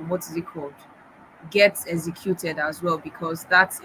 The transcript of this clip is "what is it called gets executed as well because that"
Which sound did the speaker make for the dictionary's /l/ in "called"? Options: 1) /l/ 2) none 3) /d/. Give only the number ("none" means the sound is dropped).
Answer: 2